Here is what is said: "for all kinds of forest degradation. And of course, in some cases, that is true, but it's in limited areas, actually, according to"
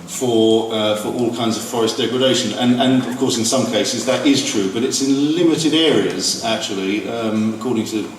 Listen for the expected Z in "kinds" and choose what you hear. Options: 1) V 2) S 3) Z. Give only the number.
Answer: 3